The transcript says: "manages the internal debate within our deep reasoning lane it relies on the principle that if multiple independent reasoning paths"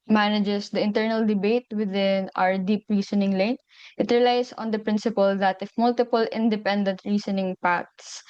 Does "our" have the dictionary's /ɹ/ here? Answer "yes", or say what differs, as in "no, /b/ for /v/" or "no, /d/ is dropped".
yes